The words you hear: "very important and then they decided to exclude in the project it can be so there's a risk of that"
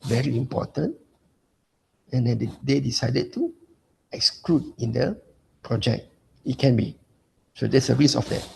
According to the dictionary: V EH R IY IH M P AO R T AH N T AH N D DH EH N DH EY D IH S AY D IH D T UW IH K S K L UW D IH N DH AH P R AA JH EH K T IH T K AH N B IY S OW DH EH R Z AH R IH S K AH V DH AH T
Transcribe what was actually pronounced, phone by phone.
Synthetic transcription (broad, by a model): V EH R IY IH M P AO T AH N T AH N D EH N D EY D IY S AY D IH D T UW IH K S K L UW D IH N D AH P R AA JH EH K T IH T K AH N B IY S OW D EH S AH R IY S AH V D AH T